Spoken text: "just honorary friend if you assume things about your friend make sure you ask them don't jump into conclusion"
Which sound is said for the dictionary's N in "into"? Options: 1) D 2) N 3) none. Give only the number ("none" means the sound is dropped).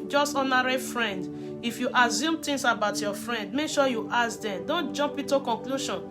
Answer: 3